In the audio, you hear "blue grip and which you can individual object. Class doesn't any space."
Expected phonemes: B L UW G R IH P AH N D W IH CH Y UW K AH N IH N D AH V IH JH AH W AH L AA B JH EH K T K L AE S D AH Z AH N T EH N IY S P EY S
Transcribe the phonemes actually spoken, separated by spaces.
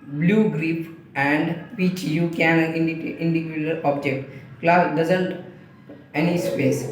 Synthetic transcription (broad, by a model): B L UW G R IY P AH N D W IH CH Y UW K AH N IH N D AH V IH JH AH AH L AA B JH EH K T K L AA D AH Z AH N T EH N IY S P EY S